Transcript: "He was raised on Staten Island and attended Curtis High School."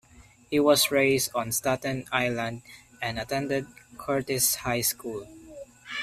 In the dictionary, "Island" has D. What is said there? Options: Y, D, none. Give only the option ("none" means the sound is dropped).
D